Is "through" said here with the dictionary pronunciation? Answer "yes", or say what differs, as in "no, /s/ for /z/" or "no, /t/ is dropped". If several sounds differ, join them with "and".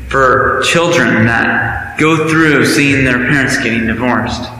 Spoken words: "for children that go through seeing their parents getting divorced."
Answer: yes